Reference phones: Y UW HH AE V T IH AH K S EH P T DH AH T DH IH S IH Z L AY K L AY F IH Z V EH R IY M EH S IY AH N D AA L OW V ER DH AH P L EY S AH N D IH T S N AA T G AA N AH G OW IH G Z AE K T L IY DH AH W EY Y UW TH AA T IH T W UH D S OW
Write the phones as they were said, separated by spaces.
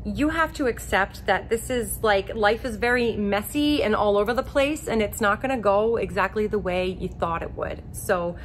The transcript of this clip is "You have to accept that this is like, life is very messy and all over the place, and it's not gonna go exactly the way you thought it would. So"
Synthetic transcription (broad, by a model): Y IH HH AE F T IH AH K S EH P T DH AH T DH IH S IH Z L AY K L AY F IH Z V EH R IY M EH S IY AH N AA L OW V ER DH AH P L EY S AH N IH T S N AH T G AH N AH G OW IH G Z AE K T L IY DH AH W EY Y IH TH AA T IH T W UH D S OW